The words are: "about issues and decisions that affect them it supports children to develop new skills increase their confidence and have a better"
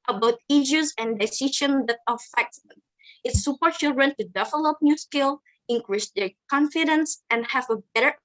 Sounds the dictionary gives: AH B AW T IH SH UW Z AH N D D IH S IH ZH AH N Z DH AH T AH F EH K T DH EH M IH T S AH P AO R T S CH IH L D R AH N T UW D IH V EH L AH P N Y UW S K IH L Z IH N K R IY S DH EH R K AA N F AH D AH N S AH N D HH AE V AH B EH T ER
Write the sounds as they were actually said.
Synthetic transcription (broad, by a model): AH B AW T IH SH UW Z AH N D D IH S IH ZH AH N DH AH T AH F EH K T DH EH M IH T S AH P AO R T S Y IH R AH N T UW D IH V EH L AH P N Y UW S K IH L IH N K R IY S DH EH R K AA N F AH D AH N S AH N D HH AE V AH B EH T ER